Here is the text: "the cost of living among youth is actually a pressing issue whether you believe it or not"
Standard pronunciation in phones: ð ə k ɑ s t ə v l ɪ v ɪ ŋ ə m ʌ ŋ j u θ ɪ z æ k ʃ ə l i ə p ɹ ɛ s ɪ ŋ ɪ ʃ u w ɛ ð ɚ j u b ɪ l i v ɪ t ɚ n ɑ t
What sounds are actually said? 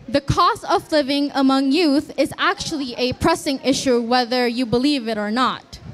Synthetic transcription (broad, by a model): ð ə k ɑ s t ə v l ɪ v ɪ ŋ ə m ʌ ŋ j u θ ɪ z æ k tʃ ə l i ə p ɹ ɛ s ɪ ŋ ɪ ʃ u w ɛ ð ɚ j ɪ b ɪ l i v ɪ t ɚ n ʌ t